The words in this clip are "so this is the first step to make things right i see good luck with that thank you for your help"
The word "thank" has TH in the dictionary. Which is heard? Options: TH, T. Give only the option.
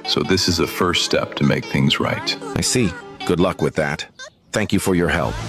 TH